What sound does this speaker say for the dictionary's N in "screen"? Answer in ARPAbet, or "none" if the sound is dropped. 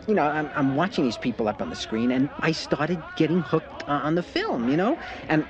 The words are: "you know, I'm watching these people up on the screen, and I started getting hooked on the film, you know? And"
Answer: N